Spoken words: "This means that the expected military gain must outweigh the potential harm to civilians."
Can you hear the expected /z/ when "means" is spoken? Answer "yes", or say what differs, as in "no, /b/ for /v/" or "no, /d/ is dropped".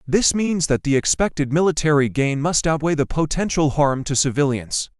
yes